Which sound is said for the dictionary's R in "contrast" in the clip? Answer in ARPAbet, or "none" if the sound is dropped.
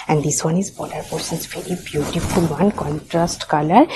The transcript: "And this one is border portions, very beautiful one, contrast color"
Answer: R